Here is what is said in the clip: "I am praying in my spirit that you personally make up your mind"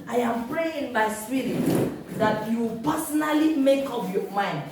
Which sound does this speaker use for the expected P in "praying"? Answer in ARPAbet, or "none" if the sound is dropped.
P